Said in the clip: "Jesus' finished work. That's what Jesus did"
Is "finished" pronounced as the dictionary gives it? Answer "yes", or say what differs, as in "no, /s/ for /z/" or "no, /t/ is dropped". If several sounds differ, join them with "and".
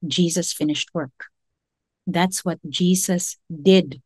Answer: yes